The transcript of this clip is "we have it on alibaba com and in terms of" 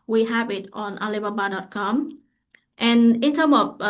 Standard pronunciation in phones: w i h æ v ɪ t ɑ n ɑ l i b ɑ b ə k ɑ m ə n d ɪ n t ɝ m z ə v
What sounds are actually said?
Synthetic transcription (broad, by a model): w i h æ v ɪ t ɑ n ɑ l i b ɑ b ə k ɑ m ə n ɪ n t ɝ m ə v